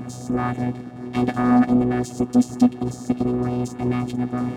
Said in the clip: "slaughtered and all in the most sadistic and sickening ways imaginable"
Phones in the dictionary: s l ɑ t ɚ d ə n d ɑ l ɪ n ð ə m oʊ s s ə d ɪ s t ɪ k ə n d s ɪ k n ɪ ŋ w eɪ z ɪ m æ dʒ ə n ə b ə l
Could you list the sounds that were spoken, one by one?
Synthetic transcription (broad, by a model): s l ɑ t ɚ d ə n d ɑ l ɪ n ð ə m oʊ s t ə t ɪ s t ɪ k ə n s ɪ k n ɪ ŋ w eɪ z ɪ m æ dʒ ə n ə b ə l